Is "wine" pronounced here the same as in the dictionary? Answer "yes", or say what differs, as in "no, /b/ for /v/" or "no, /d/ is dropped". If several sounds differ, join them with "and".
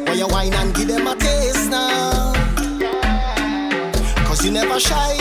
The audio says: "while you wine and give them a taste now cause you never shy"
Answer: yes